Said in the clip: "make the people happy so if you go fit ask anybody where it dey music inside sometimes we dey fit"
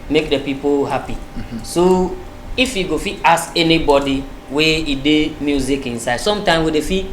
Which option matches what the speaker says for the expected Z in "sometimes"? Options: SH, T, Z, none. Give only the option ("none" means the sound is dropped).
none